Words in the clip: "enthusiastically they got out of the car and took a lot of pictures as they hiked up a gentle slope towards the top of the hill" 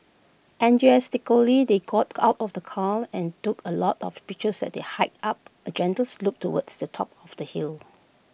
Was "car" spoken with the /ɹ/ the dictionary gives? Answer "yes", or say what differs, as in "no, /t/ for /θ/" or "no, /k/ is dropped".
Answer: no, /l/ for /ɹ/